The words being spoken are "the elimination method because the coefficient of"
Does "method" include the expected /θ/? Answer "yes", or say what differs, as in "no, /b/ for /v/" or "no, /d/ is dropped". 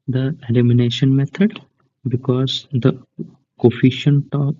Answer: no, /t/ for /θ/